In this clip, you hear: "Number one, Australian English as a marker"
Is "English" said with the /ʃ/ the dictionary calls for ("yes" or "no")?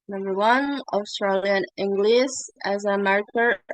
no